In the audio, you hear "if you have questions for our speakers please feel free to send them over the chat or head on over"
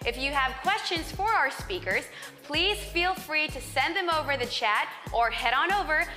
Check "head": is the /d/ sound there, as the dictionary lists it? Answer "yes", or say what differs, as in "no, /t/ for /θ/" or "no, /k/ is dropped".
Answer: yes